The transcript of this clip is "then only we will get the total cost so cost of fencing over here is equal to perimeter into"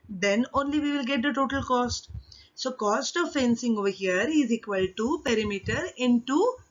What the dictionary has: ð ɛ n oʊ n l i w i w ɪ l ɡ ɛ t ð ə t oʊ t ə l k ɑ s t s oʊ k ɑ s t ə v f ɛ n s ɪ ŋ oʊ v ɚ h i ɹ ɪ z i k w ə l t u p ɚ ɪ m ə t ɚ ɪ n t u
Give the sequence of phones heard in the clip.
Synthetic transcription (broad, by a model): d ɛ n oʊ n l i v i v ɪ l ɡ ɛ t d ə t oʊ t ə l k ɑ s t s oʊ k ɑ s t ə v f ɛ n s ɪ ŋ oʊ v ɚ h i ɹ ɪ z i k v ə l t u p ɚ ɪ m ə t ɚ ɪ n t u